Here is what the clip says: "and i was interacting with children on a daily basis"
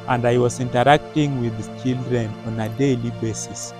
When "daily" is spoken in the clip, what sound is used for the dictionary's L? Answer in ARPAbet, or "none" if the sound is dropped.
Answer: L